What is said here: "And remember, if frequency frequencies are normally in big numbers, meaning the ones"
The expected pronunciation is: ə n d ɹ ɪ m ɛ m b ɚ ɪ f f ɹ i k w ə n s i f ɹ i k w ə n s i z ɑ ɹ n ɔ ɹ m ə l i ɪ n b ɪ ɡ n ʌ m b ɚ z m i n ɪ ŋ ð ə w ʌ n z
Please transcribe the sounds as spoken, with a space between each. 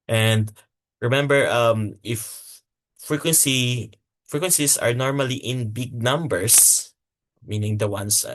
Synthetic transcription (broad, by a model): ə n d ɹ ɪ m ɛ m b ɚ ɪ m f ɹ i k w ə n s i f ɹ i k w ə n s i s ɑ ɹ n ɔ ɹ m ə l i ɪ n b ɪ ɡ n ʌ m b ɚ s m i n ɪ ŋ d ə w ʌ n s